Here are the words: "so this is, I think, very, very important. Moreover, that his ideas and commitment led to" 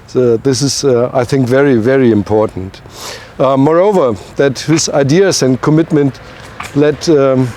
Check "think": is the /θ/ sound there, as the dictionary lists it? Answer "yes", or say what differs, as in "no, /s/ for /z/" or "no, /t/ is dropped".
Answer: yes